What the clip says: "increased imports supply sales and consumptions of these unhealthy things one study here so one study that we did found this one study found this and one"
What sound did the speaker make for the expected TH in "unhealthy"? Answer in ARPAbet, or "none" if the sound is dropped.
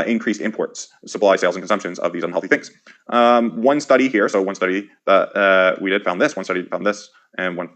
TH